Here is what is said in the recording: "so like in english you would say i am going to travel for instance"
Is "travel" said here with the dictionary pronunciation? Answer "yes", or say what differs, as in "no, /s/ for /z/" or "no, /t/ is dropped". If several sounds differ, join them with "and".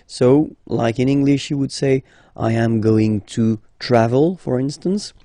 yes